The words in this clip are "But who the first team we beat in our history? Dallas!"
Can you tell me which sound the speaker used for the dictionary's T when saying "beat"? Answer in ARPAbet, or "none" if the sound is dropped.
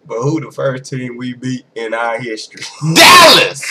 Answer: none